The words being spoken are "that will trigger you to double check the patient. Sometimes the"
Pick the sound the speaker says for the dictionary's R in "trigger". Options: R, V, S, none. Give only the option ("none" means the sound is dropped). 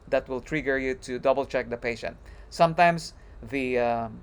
R